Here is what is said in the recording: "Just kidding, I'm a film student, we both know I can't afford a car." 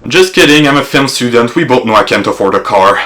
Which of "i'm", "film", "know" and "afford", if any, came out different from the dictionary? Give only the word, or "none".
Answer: none